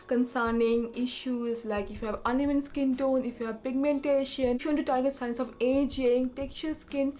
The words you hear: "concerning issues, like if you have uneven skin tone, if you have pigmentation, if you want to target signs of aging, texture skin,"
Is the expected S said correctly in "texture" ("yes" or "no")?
no